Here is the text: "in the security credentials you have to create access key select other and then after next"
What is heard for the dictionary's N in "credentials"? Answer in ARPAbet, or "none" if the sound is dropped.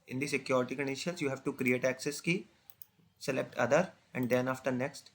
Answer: none